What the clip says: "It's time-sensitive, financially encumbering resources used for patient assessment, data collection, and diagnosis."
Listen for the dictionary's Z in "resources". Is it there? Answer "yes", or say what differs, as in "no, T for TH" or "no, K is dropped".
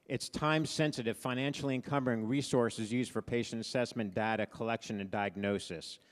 yes